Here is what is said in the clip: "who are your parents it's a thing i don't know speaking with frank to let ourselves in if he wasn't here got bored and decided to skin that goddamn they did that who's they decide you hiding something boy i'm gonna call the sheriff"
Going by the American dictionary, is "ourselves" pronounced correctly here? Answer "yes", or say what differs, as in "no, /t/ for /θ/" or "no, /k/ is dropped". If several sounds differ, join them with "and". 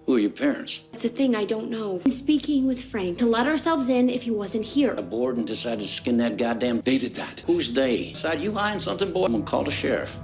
yes